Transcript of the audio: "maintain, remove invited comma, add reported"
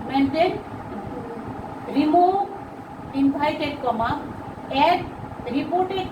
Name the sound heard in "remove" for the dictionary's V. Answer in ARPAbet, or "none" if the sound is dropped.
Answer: none